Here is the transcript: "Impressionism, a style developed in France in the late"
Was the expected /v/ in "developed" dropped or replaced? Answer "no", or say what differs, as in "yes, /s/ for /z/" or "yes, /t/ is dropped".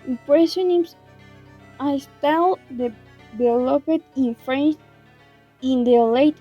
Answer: yes, /b/ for /v/